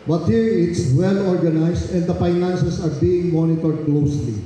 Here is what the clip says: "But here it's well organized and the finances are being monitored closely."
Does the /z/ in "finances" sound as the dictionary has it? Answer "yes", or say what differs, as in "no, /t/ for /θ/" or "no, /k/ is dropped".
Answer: no, /s/ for /z/